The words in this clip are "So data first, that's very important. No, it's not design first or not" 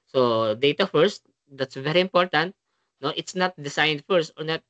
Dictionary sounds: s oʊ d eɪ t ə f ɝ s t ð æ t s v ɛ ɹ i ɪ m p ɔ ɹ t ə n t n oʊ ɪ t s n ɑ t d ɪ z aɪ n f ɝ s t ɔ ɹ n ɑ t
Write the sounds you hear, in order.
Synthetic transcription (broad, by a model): s oʊ d eɪ t ə f ɝ s t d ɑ t s v ɛ ɹ i ɪ m p ɔ ɹ t ə n t n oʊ ɪ t s n ɑ t d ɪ s aɪ n f ɝ s t ɔ ɹ n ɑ t